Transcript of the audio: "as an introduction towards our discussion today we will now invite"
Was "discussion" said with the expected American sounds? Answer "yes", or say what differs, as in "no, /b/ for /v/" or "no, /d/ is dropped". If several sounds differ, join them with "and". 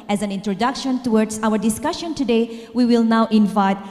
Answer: yes